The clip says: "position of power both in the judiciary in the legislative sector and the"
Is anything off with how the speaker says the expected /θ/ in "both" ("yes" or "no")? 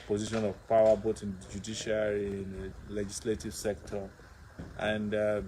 yes